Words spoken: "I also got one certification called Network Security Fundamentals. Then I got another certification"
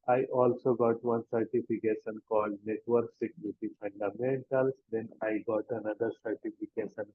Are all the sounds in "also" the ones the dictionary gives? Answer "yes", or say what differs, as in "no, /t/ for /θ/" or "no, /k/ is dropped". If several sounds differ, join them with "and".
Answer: yes